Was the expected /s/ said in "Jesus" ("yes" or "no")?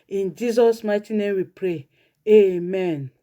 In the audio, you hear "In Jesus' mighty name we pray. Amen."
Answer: yes